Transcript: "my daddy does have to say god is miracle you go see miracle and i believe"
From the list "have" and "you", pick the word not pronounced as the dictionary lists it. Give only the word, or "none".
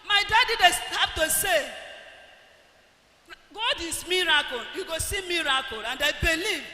have